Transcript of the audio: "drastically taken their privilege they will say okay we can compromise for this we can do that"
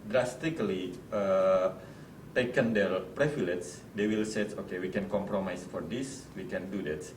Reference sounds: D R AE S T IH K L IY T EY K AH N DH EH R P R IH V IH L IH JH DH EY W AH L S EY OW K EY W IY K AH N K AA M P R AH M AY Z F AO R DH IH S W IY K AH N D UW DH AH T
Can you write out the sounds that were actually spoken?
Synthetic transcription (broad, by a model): D R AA S T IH K L IY T EY K AH N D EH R P R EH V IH L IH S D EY W AH L S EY OW K EY W IY K AH N K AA M P R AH M AY S F AO R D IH S W IY K AH N D UW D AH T